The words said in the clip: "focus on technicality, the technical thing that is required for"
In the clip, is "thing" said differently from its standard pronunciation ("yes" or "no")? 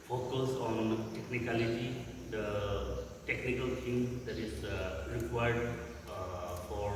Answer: yes